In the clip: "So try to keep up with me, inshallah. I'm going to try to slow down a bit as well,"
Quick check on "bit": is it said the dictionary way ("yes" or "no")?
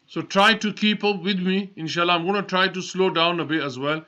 no